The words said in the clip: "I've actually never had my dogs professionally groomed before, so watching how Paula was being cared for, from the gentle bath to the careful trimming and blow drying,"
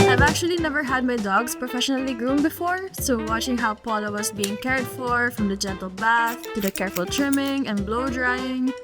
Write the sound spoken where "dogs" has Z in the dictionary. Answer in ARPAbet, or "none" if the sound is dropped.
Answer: S